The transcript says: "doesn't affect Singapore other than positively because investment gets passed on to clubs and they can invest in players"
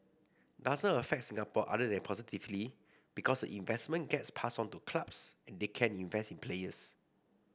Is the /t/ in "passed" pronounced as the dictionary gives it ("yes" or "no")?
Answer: no